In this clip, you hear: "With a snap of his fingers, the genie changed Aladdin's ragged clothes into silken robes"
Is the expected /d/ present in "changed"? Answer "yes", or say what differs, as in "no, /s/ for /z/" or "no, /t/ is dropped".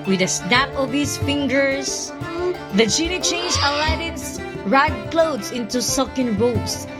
no, /d/ is dropped